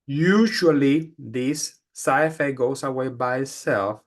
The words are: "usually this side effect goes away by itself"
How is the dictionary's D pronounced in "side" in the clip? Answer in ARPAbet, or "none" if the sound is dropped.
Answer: none